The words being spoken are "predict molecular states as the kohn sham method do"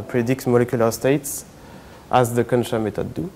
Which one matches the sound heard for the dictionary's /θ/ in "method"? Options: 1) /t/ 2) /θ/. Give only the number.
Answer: 1